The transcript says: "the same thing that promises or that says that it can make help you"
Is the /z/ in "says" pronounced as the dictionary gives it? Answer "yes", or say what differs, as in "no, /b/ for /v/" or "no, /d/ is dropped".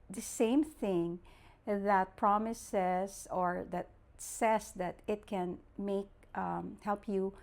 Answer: no, /s/ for /z/